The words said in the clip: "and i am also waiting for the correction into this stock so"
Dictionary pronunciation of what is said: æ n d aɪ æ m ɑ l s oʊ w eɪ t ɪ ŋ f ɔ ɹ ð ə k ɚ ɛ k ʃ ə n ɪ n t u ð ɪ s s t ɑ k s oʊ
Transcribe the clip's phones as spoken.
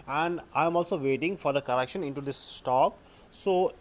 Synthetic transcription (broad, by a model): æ n d aɪ m ɑ l s oʊ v eɪ t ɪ ŋ f ɔ ɹ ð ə k ɚ ɛ k ʃ ə n ɪ n t u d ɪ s s t ɑ k s oʊ